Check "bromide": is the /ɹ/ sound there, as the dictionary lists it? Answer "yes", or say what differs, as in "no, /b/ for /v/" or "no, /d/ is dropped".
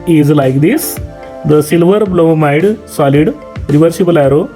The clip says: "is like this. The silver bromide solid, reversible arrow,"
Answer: no, /l/ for /ɹ/